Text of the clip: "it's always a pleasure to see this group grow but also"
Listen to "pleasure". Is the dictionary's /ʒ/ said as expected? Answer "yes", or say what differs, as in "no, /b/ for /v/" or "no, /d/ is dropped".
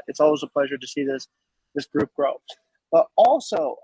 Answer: yes